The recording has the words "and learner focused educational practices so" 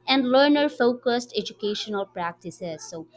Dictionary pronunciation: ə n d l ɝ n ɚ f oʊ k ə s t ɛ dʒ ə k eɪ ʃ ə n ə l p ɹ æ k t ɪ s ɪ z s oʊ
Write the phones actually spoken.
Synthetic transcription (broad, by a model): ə n d l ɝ n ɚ f oʊ k ə s t ɛ dʒ ə k eɪ ʃ ə n ə l p ɹ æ k t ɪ s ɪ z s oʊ